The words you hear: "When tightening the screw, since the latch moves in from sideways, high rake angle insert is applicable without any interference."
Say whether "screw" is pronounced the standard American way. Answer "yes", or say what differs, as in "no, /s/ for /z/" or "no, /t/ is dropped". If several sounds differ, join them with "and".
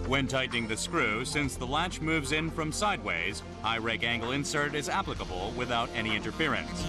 yes